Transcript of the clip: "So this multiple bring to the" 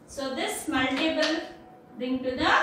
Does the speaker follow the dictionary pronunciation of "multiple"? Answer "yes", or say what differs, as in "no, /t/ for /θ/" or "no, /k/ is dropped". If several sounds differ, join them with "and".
no, /b/ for /p/